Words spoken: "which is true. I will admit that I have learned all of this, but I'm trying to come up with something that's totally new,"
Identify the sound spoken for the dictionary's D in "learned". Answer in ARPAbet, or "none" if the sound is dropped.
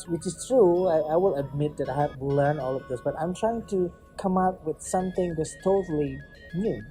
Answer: none